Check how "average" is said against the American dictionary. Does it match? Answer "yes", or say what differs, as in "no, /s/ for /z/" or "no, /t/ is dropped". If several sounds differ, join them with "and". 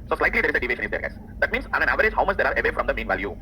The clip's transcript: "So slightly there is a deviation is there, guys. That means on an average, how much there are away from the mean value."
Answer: yes